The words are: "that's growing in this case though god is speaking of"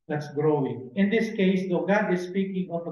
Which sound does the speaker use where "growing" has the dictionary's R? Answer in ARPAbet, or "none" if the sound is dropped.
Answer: R